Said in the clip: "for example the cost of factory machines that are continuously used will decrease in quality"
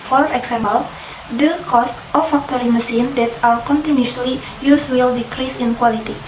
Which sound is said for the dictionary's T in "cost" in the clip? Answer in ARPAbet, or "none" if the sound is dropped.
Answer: T